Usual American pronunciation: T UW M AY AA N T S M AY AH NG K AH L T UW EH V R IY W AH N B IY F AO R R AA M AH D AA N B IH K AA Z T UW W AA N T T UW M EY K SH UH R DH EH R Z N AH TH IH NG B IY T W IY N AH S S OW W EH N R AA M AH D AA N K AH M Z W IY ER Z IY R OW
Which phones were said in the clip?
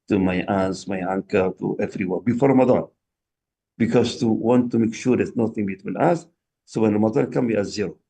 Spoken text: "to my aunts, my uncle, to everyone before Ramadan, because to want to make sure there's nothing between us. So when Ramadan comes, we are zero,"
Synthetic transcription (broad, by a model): T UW M AY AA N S M AY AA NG K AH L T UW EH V R IY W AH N B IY F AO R R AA M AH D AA N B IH K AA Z T UW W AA N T T UW M EY K SH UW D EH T N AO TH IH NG B IY T W IY N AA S S OW W EH N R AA M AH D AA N K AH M W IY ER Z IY R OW